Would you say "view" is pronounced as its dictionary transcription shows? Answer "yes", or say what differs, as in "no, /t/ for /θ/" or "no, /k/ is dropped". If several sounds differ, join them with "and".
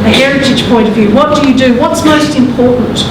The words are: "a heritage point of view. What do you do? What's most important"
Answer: yes